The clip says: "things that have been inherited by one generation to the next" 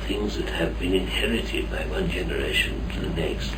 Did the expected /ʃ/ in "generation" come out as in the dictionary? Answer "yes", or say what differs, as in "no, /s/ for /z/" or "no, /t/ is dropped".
yes